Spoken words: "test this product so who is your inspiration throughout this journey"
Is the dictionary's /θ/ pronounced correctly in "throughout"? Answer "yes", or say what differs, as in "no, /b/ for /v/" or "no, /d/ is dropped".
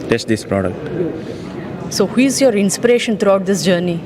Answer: no, /t/ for /θ/